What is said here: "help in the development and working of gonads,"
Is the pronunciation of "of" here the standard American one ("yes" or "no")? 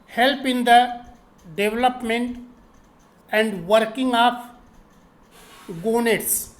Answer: no